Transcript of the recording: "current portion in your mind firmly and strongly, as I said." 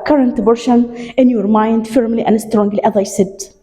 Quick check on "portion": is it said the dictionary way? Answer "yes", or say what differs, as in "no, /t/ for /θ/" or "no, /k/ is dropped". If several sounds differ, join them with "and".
no, /b/ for /p/